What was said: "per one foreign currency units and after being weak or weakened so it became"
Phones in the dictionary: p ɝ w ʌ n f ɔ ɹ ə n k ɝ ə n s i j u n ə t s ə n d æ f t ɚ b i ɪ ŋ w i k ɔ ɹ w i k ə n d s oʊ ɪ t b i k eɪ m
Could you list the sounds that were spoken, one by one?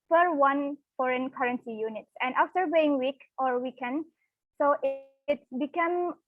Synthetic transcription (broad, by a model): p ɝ w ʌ n f ɔ ɹ ə n k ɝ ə n s i j u n ə t s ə n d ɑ f t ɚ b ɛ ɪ ŋ w i k ɔ ɹ w i k ə n d s oʊ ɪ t b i k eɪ m